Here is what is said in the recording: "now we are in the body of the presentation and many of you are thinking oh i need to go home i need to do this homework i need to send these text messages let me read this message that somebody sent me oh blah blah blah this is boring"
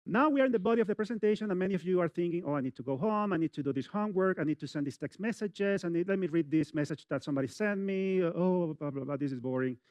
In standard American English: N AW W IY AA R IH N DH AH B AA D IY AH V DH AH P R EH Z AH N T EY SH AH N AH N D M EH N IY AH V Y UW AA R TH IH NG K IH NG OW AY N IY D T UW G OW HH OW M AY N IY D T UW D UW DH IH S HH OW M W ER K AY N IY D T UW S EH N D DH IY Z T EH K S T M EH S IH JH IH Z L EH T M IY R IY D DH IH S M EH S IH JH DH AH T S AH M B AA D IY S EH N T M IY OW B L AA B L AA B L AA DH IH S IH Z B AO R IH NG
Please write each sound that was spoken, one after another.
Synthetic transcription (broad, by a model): N AW W IY AA R IH N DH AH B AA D IY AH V DH AH P R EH S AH N T EY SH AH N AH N M EH N IY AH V Y UW AA R TH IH NG K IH NG OW AY N IY D T UW G OW HH OW M AY N IY D T UW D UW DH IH S HH OW M W ER K AY N IY D T UW S EH N D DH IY S T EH K S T M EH S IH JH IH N L EH T M IY R IY D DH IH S M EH S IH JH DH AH T S AH M B AA D IY S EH N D M IY OW B L AA B L AA B L AA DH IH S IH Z B AO R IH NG